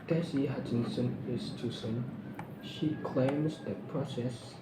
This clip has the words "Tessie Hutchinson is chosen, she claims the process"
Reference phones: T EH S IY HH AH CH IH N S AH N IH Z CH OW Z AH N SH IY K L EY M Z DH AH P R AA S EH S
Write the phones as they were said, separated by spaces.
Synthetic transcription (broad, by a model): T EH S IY HH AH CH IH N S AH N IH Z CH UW S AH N SH IY K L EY M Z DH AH P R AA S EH S